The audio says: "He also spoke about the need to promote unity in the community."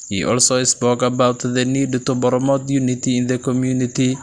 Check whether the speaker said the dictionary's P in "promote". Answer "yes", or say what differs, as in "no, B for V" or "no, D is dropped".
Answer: no, B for P